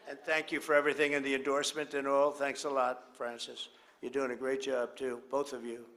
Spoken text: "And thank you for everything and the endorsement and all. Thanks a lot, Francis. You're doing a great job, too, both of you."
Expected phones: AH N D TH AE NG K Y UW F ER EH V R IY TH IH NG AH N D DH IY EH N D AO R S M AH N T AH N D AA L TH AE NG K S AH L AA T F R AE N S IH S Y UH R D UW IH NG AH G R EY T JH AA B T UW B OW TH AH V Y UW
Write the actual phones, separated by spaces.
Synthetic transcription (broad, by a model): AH N TH AE NG K Y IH F ER EH V R IY TH IH NG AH N DH IY EH N D AO R S M AH N T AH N AA L TH AE NG K S AH L AA T F R AE N S IH S Y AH R D UW IH NG AH G R EY T JH AA B T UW B OW TH AH V Y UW